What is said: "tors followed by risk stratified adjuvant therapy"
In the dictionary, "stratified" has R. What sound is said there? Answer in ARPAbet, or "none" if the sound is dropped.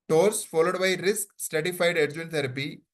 none